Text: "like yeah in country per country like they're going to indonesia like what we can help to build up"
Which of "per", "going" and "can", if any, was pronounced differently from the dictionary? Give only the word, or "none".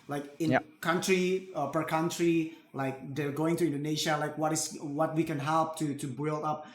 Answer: none